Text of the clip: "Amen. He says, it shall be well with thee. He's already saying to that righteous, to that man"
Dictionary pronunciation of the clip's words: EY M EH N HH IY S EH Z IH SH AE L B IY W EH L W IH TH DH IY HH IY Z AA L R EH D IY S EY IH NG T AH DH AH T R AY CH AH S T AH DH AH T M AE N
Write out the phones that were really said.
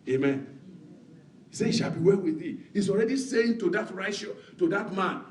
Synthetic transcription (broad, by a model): EY M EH N HH IY S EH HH IH SH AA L B IY W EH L W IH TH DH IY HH IY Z AA L R EH D IY S EY IH NG T AH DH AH T R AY AH SH T AH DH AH T M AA N